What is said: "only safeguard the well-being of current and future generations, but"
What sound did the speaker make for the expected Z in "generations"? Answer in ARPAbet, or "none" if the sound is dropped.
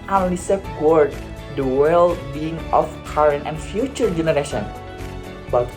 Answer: none